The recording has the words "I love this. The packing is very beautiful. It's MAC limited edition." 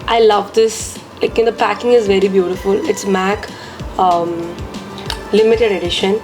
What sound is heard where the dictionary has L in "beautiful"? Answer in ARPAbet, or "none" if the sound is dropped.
L